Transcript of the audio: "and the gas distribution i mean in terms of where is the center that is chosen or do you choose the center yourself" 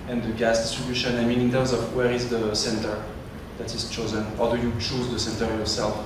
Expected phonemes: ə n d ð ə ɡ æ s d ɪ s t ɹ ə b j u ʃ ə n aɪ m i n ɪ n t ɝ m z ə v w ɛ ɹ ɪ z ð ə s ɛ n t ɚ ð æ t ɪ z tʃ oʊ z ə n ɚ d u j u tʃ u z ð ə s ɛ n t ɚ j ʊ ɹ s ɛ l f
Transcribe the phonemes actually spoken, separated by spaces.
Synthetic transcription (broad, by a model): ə n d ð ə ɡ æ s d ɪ s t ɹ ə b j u ʃ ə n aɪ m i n ɪ n t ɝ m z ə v w ɛ ɹ ɪ z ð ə s ɛ n t ɚ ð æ t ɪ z tʃ oʊ z ə n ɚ d u j u tʃ u z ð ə s ɛ n t ɚ j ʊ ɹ s ɛ l f